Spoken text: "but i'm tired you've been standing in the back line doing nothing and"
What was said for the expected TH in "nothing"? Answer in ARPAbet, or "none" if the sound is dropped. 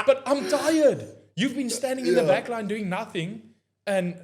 TH